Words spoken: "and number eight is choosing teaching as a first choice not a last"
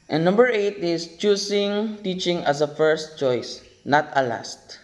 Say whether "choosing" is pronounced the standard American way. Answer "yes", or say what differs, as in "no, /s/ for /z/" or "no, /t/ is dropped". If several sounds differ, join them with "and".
no, /s/ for /z/